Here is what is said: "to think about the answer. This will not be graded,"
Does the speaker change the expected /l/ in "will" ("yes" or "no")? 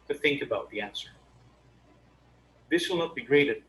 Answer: no